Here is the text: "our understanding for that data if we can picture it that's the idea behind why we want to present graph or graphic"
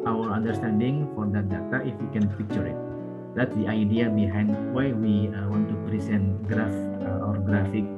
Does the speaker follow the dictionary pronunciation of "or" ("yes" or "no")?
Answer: yes